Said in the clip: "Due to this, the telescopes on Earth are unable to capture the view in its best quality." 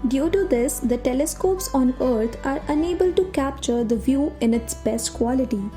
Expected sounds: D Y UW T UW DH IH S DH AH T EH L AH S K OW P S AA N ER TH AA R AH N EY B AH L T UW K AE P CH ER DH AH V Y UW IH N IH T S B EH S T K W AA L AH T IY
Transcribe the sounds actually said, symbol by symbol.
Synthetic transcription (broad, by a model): D Y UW T UW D IH S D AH T EH L AH S K OW P S AA N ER T AA R AH N EY B AH L T UW K AE P CH ER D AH V Y UW IH N IH T S B EH S T K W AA L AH T IY